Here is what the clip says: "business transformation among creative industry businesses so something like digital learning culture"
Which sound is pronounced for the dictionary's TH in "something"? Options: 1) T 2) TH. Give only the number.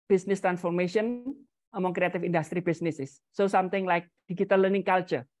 1